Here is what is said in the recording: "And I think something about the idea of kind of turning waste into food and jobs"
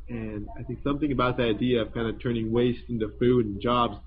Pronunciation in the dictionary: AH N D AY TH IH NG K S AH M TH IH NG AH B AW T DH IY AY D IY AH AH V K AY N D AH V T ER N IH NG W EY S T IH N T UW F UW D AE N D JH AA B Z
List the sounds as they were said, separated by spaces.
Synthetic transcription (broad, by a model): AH N AY TH IH NG K S AH M TH IH NG AH B AW T DH IY AY D IY AH AH V K AY N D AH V T ER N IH NG W EY S T IH N T UW F UW D N JH AA B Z